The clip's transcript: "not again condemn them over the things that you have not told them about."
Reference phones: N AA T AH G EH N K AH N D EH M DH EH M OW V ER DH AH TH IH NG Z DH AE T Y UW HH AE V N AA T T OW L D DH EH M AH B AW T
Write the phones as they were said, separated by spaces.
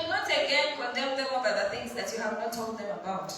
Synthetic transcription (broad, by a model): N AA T AH G EH N K AH N D EH M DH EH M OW B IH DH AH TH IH NG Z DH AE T Y UW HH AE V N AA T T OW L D DH EH M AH B AW T